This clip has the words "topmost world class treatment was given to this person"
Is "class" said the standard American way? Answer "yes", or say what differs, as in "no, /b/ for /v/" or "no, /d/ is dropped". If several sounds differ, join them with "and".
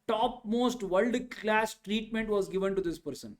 yes